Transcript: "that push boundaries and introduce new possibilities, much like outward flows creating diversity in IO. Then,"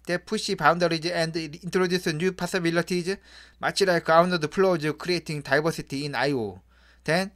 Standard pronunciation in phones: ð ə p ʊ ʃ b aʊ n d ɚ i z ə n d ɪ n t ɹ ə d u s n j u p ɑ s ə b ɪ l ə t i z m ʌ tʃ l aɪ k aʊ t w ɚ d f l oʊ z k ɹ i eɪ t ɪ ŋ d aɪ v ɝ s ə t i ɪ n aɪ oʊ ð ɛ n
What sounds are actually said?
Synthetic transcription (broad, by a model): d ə p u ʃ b aʊ n d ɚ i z ə n d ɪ n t ɹ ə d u s n j u p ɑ s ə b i l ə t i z m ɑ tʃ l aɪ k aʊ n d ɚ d p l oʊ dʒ k ɹ i eɪ t ɪ ŋ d aɪ b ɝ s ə t i ɪ n aɪ oʊ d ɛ n